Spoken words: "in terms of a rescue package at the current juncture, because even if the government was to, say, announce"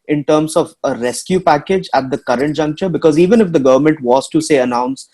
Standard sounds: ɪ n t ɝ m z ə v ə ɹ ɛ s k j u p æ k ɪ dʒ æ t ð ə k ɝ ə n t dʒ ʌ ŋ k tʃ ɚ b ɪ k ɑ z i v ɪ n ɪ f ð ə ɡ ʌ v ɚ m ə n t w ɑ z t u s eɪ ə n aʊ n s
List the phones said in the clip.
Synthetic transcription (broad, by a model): ɪ n t ɝ m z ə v ə ɹ ɛ s k j u p æ k ɪ dʒ æ t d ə k ɝ ə n t dʒ ʌ ŋ k tʃ ɚ b ɪ k ɑ z i v ɪ n ɪ f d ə ɡ ʌ v ɚ m ə n t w ɑ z t u s eɪ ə n aʊ n s